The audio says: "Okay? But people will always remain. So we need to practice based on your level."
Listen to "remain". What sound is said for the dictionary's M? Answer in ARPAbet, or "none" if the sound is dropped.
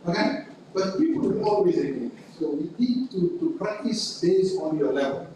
none